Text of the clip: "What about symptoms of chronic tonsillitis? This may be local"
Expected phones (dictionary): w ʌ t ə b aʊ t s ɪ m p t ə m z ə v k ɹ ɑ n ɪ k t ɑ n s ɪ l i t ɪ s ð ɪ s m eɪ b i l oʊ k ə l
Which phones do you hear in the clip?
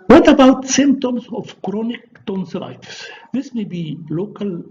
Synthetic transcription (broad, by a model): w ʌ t ə b aʊ t s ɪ m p t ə m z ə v k ɹ ɑ n ɪ k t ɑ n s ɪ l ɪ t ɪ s ð ɪ s m eɪ b i l oʊ k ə l